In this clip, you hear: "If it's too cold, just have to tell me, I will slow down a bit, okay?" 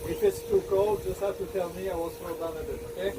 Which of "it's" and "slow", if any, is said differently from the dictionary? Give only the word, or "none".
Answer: slow